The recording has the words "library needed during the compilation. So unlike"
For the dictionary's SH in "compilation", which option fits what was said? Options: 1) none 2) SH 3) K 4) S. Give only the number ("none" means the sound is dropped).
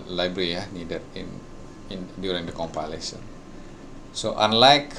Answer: 4